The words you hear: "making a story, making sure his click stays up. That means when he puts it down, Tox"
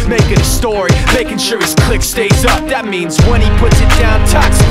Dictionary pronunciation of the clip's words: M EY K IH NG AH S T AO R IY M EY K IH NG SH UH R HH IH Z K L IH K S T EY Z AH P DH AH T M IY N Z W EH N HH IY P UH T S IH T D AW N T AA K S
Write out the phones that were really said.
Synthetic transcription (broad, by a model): M EY K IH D AH S T AO R IY M EY K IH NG SH UH R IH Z K L IH K S T EY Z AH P DH AH T M IY N Z W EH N IY P UH T S IH T D AW N T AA K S